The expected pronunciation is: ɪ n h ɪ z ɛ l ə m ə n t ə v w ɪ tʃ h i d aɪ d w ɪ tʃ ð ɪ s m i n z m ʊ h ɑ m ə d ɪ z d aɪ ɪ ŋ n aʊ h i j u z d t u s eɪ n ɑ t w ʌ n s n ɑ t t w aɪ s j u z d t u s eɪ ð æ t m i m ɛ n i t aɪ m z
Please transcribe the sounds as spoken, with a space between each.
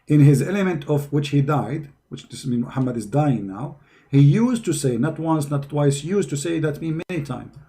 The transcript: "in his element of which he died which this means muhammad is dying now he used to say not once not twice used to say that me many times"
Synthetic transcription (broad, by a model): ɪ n h ɪ z ɛ l ə m ə n t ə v w ɪ tʃ h i d aɪ d w ɪ tʃ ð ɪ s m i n m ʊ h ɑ m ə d ɪ z d aɪ ɪ ŋ n aʊ h i j u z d t u s eɪ n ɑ t w ʌ n s n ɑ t t w aɪ s j u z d t u s eɪ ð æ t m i m ɛ n i t aɪ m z